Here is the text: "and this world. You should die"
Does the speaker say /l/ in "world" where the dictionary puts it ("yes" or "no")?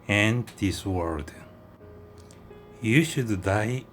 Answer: no